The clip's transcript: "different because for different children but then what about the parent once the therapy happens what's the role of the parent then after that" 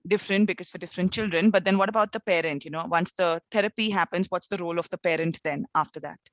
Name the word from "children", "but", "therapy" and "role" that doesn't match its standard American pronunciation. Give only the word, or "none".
therapy